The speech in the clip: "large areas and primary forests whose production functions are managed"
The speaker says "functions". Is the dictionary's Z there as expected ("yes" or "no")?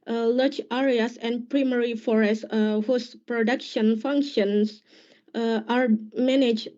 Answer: no